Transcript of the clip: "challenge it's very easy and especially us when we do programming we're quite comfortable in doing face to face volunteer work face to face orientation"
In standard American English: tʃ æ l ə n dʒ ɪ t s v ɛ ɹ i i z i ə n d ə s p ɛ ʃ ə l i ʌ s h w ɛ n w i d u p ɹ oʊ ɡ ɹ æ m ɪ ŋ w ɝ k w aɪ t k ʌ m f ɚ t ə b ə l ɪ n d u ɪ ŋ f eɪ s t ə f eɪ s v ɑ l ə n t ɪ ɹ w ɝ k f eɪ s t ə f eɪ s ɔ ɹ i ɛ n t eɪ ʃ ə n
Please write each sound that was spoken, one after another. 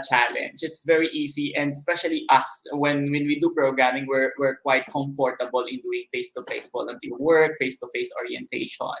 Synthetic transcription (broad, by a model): tʃ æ l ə n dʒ ɪ t s v ɛ ɹ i i s i ə n d s p ɛ ʃ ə l i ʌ s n w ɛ n w i d u p ɹ oʊ ɡ ɹ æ m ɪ ŋ w ɝ k w aɪ t k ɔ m f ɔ t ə b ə l ɪ n d u ɪ ŋ f eɪ s t ə f eɪ s f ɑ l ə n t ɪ l w ɝ k f eɪ s t ə f eɪ s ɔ ɹ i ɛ n t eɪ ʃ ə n